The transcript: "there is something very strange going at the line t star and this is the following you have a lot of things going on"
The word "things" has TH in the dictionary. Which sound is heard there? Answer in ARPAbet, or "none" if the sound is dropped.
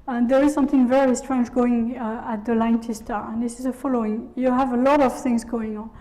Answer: TH